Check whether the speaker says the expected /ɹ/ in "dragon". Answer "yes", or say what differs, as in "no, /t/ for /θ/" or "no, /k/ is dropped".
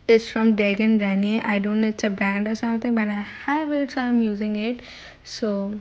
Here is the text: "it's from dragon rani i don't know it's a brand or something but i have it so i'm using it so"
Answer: no, /ɹ/ is dropped